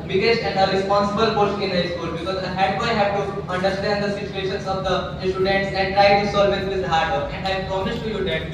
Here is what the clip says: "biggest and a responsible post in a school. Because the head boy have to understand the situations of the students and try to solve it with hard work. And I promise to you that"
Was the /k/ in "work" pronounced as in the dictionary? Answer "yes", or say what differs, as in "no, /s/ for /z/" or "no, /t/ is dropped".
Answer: no, /k/ is dropped